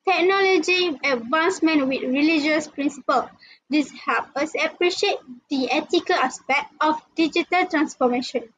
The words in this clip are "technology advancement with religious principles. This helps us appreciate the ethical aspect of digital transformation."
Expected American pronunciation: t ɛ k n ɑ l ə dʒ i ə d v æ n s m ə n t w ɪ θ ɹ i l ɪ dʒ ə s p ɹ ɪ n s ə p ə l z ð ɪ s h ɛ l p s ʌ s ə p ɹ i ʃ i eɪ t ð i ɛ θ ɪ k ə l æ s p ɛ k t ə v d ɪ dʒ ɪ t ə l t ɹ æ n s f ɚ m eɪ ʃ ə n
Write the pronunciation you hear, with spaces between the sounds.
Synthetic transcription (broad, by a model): t ɛ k n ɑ l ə dʒ i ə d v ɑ n s m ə n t w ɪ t ɹ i l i dʒ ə s p ɹ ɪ n s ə p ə l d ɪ s h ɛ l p ʌ s ə p ɹ i ʃ i eɪ t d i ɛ t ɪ k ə l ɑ s p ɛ k t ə f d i dʒ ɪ t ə l t ɹ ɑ n s f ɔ m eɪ ʃ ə n